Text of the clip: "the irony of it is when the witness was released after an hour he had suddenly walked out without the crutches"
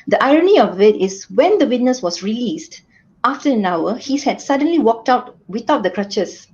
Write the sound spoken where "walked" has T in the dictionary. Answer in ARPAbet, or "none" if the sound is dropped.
T